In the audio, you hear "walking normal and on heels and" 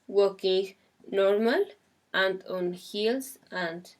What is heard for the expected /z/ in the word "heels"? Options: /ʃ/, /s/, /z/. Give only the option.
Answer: /s/